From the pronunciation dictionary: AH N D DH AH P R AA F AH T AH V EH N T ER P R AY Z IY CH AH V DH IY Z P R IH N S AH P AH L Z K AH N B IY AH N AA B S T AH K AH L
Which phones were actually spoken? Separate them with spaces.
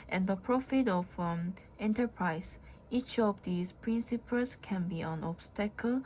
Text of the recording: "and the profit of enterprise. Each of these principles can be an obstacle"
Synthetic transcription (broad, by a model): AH N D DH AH P R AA F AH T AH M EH N T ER P R AY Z IY CH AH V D IY S P R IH N S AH P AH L S K AH N B IY AH N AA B S T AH K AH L